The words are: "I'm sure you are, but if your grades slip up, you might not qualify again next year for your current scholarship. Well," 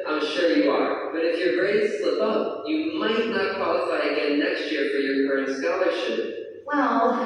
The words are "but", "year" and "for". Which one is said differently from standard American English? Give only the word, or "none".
none